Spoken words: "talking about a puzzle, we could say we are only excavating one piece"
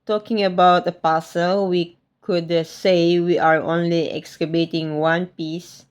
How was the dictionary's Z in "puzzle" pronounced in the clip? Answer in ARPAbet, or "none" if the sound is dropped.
S